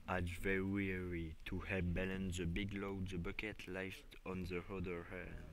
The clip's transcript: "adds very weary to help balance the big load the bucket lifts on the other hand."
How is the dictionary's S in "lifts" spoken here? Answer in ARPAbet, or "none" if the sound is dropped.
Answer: none